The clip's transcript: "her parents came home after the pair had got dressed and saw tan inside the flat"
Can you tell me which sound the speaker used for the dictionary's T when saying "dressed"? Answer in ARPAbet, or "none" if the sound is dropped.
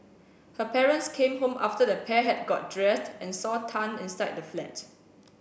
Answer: T